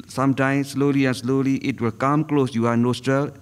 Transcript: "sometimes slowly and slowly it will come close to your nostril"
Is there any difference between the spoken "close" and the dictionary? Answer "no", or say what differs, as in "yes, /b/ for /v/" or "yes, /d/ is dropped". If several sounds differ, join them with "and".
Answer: no